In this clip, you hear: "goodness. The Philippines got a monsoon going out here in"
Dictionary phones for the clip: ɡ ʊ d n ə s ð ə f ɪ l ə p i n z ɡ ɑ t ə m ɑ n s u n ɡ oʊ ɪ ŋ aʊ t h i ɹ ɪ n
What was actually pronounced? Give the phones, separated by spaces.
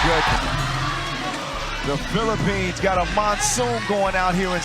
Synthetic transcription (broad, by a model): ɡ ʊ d ð ə f ɪ l ə p i n z ɡ ɑ t ə m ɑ n s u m ɡ oʊ ɪ ŋ aʊ t h i ɹ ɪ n